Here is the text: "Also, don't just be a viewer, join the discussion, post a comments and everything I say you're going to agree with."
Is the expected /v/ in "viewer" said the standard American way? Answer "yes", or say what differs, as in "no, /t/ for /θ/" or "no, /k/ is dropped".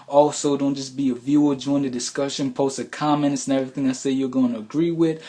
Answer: yes